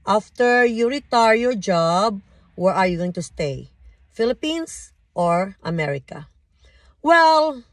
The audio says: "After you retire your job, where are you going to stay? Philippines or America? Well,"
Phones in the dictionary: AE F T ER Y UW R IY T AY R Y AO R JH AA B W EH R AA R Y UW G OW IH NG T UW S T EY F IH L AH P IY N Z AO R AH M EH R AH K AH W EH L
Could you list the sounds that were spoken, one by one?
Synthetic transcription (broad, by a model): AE F T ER Y UW R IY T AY R Y AO R JH AA B W EH R AA R Y UW G OW IH NG T UW S T EY F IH L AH P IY N S AO R AH M EH R AH K AH W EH L